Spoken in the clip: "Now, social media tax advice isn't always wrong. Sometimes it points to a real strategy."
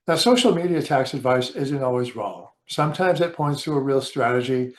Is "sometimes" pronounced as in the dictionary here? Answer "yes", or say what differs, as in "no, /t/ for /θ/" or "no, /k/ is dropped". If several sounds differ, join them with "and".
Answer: yes